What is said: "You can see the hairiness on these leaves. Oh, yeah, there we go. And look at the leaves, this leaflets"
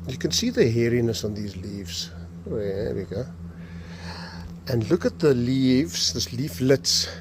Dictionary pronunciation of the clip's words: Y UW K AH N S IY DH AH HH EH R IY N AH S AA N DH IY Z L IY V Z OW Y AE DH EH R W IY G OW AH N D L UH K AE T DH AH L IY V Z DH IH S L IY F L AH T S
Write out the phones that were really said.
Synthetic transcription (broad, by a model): Y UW K AH N S IY DH AH HH EH R IY N AH S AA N DH IY Z L IY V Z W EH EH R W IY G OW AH N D L UH K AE T DH AH L IY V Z DH IH S L IY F L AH T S